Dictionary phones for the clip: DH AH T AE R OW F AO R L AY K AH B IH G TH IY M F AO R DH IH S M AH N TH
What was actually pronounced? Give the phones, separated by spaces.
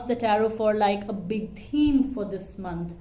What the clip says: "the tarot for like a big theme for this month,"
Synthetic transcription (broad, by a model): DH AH T AE R OW F AO R L AY K AH B IH G T IY M F AO R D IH S M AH N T